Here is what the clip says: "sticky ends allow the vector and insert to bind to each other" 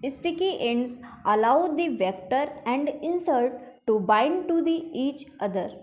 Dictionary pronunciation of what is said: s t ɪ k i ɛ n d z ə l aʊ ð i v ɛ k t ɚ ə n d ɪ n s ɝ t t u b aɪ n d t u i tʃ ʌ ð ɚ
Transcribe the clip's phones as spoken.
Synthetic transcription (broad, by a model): s t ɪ k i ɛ n d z ə l aʊ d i v ɛ k t ɚ ə n d ɪ n s ɝ t t u b aɪ n d t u i tʃ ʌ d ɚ